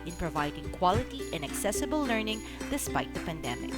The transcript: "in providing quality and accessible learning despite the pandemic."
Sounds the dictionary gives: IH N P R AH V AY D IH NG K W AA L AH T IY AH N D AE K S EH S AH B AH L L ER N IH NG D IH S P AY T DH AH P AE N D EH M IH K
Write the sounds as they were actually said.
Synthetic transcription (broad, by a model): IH N P R AH V AY D IH NG K W AA L AH T IY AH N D AE K S EH S AH B AH L L ER N IH NG D IH S P AY T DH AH P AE N D EH M IH K